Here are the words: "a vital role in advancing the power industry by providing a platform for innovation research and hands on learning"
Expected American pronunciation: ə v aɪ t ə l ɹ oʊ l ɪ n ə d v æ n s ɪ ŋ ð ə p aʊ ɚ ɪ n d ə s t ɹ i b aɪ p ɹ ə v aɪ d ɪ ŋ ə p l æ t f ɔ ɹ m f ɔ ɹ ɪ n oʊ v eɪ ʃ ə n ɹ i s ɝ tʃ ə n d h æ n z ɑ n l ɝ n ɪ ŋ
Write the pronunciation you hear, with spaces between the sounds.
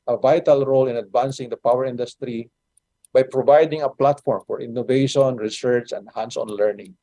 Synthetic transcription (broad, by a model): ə v aɪ t ə l ɹ oʊ l ɪ n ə d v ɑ n s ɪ ŋ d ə p aʊ ɚ ɪ n d ə s t ɹ i b aɪ p ɹ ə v aɪ d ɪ ŋ ə p l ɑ t f ɔ ɹ m f ɔ ɹ ɪ n oʊ v eɪ ʃ ə n ɹ i s ɝ tʃ ə n d h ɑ n s ɑ n l ɝ n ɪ ŋ